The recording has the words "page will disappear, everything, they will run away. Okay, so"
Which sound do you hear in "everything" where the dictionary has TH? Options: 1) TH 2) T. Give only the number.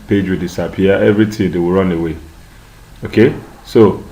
2